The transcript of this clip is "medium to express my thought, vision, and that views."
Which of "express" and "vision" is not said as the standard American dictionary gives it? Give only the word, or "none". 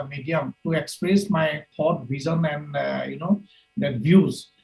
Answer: vision